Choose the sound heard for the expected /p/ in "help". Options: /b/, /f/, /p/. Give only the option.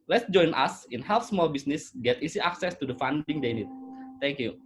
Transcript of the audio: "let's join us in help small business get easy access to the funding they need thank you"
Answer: /f/